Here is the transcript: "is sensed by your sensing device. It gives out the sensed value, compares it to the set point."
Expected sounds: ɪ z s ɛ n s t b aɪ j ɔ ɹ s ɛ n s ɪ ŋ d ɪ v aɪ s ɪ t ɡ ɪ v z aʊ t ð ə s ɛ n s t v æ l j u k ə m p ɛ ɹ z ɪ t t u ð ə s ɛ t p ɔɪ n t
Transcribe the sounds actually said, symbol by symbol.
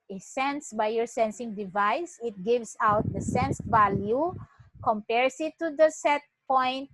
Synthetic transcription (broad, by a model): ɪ s ɛ n s b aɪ j ɔ ɹ s ɛ n s ɪ ŋ d ɪ v aɪ s ɪ t ɡ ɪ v s aʊ t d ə s ɛ n s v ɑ l j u k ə m p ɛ ɹ s ɪ t t u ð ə s ɛ t p ɔɪ n t